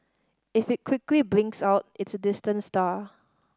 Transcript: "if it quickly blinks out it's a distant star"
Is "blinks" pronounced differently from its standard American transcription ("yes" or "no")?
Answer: no